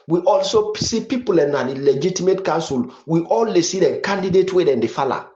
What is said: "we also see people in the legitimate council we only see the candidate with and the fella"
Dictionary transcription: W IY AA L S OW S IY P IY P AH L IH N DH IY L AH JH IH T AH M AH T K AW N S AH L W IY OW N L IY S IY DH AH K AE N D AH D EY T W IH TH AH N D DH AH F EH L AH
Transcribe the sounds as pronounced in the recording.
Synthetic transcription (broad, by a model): W IY AA L S OW S IY P IY P AH L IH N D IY L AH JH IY T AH M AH T K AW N S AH L W IY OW L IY S IY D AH K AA N D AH D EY T W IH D AH N D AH F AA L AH